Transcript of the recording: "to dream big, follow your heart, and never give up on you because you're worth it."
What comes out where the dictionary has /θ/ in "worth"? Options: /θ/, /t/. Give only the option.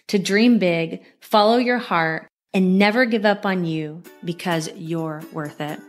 /θ/